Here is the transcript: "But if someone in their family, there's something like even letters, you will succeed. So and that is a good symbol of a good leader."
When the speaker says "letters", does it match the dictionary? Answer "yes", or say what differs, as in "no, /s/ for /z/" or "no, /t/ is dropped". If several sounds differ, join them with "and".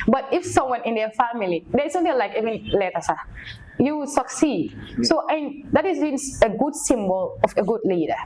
no, /s/ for /z/